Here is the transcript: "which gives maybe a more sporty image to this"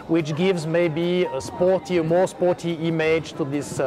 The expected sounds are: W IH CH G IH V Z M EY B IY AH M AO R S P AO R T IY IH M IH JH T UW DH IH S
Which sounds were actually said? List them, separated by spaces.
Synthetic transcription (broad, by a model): W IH CH G IH V Z M EY B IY AH M AO R S P AO R T IY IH M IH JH T UW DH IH S